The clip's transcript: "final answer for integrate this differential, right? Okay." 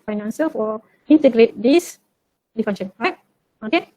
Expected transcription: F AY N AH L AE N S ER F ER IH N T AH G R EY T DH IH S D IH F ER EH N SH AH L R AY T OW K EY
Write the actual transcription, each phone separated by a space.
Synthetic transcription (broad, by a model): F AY N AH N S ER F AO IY N T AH G R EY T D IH S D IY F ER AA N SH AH N R AY T OW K EY